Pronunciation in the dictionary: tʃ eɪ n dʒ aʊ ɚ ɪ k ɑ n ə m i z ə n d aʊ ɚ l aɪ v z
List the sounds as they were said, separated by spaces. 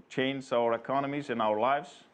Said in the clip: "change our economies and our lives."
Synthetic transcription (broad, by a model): tʃ eɪ n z aʊ ɚ ɪ k ɑ n ə m i z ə n aʊ ɚ l aɪ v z